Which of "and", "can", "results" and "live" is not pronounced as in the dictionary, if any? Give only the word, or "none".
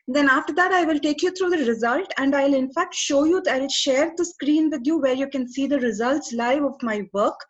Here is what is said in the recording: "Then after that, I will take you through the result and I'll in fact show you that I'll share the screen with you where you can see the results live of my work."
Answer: none